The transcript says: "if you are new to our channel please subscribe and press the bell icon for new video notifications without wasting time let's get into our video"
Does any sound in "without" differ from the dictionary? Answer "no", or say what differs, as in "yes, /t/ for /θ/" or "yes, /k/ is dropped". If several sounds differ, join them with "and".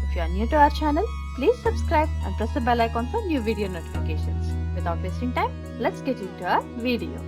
yes, /t/ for /θ/